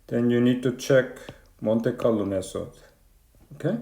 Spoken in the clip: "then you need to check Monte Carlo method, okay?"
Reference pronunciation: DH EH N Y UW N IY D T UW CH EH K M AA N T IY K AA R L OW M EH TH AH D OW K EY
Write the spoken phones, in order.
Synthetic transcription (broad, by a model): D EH N Y UW N IY D T UW CH EH K M AA N T IY K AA L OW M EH S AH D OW K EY